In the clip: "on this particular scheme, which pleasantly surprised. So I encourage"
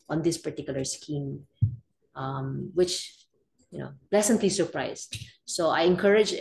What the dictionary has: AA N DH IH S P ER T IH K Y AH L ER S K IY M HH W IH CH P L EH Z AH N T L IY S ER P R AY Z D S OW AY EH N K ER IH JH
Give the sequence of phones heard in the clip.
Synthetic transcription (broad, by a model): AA N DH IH S P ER T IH K Y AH L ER S K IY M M W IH CH P L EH S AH N T L IY S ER P R AY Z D S OW AY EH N K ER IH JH